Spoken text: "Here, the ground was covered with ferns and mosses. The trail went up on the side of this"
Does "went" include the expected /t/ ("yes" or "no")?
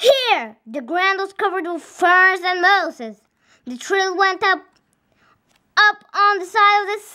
yes